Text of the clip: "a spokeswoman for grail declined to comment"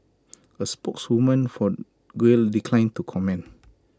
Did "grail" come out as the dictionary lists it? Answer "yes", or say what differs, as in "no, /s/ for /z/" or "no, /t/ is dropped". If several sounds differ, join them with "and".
no, /w/ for /ɹ/